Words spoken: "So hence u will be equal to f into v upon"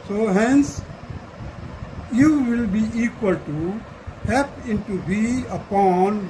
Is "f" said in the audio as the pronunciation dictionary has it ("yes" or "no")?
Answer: no